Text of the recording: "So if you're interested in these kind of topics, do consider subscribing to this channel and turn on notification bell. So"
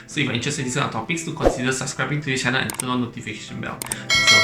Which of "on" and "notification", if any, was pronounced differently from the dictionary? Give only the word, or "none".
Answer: on